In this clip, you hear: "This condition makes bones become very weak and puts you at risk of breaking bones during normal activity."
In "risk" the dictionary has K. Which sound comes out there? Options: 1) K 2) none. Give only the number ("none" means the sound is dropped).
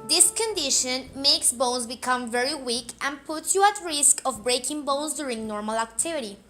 1